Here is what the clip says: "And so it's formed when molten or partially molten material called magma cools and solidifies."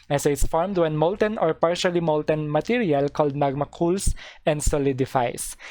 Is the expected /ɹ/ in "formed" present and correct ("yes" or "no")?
yes